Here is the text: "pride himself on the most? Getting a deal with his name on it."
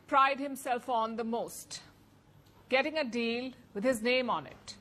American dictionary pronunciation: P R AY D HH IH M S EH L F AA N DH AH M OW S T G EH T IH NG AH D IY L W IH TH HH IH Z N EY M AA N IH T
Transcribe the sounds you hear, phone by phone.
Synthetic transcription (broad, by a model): P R AY D HH IH M S EH L F AA N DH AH M OW S T G EH T IH NG AH D IY L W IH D HH IH Z N EY M AA N IH T